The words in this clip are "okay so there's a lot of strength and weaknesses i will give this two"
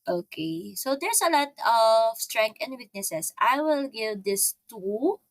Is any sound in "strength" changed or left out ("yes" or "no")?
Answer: yes